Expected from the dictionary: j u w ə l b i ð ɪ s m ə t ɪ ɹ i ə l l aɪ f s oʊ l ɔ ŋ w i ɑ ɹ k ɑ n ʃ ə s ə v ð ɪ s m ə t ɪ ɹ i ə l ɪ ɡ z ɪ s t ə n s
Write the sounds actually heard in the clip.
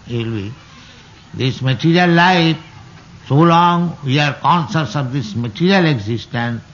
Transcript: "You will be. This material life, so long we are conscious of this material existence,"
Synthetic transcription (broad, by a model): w l b i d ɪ s m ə t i ɹ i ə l l aɪ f s oʊ l ɔ ŋ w i ɑ ɹ k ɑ n s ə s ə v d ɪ s m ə t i ɹ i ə l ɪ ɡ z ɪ s t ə n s